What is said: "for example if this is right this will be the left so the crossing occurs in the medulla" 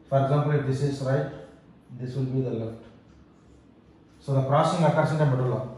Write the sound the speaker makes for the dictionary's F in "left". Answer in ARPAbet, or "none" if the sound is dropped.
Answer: F